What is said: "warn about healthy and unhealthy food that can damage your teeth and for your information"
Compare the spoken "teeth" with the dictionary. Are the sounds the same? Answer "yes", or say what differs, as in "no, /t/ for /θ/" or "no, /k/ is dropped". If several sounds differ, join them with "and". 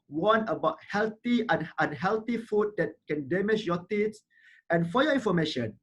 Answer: no, /s/ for /θ/